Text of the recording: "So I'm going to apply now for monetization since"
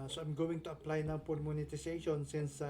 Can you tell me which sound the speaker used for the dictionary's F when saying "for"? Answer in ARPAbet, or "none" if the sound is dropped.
P